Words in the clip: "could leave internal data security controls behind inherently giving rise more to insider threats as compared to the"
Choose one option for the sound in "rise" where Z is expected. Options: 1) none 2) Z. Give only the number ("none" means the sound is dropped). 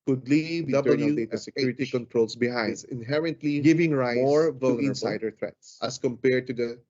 1